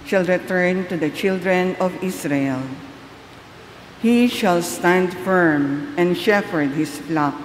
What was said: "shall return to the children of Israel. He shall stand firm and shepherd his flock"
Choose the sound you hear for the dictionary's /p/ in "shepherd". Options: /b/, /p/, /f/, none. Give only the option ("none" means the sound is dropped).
/f/